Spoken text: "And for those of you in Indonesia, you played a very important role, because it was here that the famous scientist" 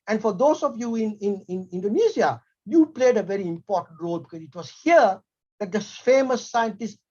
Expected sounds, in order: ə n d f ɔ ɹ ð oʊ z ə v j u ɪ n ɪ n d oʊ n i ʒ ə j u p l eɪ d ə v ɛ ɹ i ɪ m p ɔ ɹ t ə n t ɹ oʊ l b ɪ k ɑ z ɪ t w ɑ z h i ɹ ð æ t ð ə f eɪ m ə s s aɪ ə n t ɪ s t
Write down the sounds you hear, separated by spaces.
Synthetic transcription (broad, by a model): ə n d f ɔ ɹ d oʊ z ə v j u ɪ n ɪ n d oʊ n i s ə j u p l eɪ d ə v ɛ ɹ i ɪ m p ɔ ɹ t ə n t ɹ oʊ l b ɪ k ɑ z ɪ t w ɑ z h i ɹ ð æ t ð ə f eɪ m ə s s aɪ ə n t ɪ s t